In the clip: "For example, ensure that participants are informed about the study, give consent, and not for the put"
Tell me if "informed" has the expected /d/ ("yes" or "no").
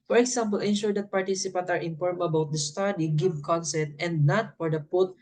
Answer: no